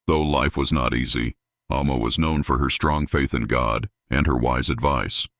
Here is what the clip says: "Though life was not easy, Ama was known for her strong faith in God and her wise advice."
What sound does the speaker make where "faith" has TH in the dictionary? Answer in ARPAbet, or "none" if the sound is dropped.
TH